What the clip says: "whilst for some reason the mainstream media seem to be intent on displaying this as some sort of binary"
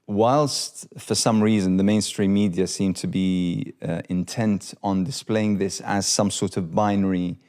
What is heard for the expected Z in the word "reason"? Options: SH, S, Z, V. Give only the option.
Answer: Z